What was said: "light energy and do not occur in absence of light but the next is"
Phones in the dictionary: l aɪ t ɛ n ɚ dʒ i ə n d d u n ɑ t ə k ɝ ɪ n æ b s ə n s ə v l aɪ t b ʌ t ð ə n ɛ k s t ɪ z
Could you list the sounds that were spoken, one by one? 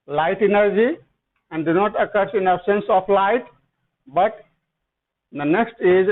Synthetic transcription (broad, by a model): l aɪ t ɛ n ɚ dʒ i ə n d d u n ɑ t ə k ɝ ɪ n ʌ s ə n s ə p l aɪ t b ʌ t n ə n ɛ k s t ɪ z